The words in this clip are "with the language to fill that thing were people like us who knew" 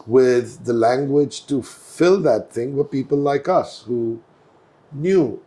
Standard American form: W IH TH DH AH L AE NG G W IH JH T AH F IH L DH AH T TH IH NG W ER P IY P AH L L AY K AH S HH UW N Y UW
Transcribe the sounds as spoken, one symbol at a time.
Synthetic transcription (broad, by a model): W IH DH AH L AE NG G W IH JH T AH F IH L DH AH T TH IH NG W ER P IY P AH L L AY K AH S HH UW N Y UW